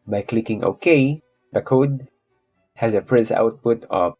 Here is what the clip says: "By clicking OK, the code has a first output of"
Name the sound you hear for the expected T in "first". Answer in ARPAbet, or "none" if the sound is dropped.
none